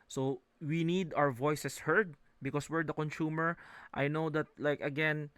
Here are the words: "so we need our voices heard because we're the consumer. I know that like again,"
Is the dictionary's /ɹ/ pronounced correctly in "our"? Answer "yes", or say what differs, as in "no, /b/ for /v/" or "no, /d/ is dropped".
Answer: no, /w/ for /ɹ/